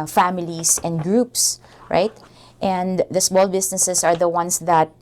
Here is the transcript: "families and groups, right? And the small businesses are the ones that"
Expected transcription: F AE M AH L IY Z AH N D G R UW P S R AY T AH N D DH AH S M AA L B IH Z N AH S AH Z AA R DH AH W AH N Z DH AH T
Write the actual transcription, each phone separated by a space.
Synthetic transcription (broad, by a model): F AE M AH L IY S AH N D G R UW P S R AY T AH N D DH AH S M AA L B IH S N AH S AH S AA R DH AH W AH N S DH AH T